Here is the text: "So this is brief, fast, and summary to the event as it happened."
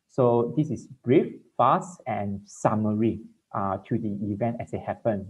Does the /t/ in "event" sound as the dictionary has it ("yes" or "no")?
yes